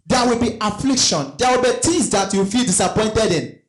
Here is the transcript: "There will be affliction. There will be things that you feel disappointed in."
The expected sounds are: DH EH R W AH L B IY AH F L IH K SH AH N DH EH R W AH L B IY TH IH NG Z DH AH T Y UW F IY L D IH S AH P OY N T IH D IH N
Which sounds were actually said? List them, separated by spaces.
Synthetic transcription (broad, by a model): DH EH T W AH L B IY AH F L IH K SH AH N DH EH W AH L B IY T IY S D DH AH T Y UW F IY L D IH S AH P OY N T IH D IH N